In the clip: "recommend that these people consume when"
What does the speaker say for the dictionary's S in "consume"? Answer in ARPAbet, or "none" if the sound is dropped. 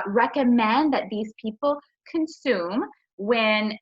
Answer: S